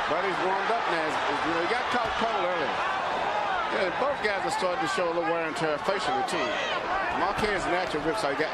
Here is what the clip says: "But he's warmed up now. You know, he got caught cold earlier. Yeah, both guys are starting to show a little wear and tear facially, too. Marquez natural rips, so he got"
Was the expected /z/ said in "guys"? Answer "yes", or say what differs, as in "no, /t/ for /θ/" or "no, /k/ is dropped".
yes